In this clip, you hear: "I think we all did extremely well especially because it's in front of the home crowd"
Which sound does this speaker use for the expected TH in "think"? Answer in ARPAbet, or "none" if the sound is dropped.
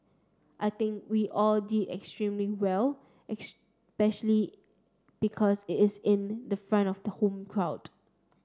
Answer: T